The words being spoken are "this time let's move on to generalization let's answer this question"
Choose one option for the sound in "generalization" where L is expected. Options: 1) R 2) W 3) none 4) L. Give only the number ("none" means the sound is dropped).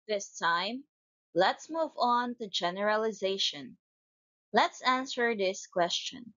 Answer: 4